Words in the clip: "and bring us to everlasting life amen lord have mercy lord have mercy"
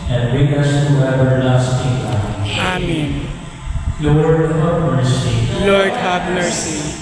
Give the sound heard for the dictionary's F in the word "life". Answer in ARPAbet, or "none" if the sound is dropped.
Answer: none